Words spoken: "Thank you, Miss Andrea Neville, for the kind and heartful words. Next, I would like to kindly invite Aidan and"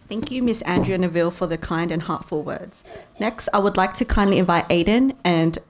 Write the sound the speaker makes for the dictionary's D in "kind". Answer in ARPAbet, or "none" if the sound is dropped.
D